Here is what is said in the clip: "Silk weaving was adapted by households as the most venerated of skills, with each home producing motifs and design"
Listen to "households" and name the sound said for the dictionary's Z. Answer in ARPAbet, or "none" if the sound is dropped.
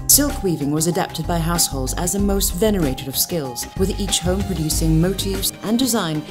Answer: Z